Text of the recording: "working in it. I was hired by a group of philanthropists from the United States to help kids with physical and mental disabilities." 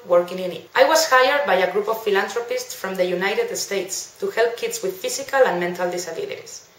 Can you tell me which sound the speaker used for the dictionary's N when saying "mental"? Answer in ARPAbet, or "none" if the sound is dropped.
N